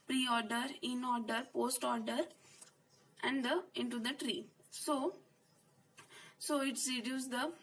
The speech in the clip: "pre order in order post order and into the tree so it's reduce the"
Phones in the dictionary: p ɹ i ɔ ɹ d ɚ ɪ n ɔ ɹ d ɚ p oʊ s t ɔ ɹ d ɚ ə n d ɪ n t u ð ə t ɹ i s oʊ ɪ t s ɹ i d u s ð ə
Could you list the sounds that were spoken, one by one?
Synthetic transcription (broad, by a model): p ɹ i ɔ ɹ d ɚ ɪ n ɔ ɹ d ɚ p oʊ s t ɔ ɹ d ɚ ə n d ɪ n t u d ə t ɹ i s oʊ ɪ t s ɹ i d u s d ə